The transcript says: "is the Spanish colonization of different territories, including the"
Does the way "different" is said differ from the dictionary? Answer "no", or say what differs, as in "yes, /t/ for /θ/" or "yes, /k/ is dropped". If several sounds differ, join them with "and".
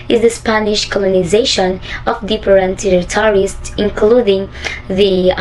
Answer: yes, /p/ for /f/